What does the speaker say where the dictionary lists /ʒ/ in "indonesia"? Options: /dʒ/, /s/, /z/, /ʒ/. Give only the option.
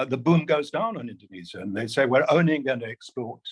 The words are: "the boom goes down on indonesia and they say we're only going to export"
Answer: /z/